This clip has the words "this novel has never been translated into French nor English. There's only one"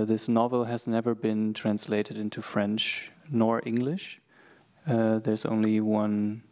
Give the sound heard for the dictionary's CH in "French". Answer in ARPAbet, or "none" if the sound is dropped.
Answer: CH